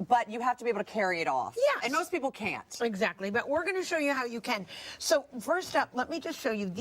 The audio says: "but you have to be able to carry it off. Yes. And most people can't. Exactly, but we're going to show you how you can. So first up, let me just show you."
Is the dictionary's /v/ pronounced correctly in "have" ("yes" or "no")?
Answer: no